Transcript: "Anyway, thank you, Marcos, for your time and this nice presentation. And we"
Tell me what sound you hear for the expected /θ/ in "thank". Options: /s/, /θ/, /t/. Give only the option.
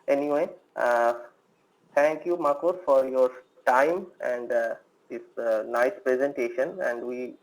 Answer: /t/